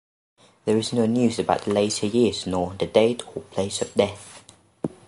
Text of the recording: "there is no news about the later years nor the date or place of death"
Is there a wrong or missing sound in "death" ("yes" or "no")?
no